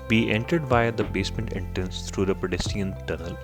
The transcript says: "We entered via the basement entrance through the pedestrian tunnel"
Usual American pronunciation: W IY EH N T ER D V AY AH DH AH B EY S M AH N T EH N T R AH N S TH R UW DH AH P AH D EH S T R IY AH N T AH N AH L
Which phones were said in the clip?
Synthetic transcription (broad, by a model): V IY EH N T ER D V AY AH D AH B EY S M AH N T EH N T R AH N S T R UW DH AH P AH D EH S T IY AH N T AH N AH L